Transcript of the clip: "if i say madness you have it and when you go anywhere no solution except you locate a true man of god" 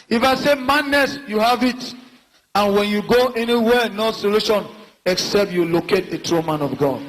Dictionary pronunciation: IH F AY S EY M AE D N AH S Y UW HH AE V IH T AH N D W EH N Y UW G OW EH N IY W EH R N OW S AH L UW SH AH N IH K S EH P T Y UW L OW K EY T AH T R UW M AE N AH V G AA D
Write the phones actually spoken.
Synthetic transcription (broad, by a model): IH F AY S EY M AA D N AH S Y UW HH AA V IH T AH N W EH N Y UW G OW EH N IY W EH N OW S AH L UW SH AH N IH K S EH P T Y UW L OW K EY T AH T R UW M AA N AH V G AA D